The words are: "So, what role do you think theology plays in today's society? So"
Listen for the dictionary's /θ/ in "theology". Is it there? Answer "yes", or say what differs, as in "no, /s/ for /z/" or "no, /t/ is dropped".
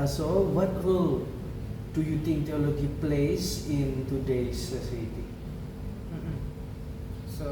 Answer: no, /t/ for /θ/